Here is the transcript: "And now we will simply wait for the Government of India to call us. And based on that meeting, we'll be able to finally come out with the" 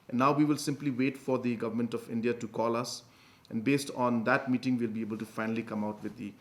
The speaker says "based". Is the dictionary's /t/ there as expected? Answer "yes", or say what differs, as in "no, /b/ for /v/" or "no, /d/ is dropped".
yes